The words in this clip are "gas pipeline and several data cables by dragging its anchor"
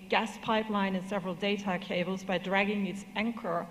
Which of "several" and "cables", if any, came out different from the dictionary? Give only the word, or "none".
none